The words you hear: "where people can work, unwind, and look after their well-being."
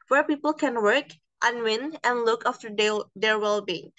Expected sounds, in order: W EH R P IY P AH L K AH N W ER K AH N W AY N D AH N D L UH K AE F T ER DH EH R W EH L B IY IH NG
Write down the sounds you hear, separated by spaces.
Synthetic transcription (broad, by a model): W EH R P IY P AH L K AH N W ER K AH N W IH N AH N L UH K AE F T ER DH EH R W EH L B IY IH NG